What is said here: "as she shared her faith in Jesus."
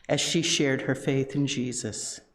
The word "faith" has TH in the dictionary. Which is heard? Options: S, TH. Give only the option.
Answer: TH